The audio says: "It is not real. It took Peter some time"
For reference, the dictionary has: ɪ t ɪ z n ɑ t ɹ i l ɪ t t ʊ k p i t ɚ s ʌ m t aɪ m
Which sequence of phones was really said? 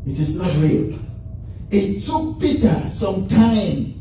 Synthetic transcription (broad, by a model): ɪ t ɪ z n ɑ t ɹ i l ɪ t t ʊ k b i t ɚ s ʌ m t aɪ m